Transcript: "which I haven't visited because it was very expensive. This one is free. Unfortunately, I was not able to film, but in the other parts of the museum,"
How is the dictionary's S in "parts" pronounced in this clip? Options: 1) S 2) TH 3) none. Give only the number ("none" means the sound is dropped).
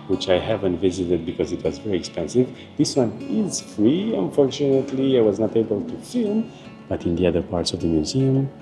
1